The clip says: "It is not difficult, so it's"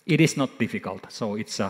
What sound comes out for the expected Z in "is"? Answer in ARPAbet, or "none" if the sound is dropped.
S